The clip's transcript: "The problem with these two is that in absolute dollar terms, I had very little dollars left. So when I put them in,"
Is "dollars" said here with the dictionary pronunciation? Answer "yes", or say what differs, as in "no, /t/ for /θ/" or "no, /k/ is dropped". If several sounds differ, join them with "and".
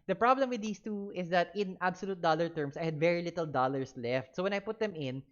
no, /s/ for /z/